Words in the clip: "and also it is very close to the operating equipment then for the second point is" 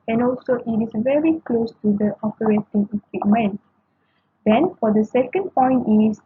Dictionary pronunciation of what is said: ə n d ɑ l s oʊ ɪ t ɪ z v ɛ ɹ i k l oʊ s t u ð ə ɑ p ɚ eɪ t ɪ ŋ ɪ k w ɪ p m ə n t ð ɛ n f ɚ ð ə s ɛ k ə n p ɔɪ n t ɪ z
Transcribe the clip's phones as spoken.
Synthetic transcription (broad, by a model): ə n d ɑ l s oʊ ɪ t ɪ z v ɛ ɹ i k l oʊ s t u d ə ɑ p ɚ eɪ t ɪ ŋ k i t m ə n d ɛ n f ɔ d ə s ɛ k ə n p ɔɪ n t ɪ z